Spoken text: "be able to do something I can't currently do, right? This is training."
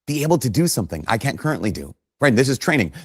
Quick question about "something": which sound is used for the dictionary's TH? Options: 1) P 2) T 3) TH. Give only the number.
3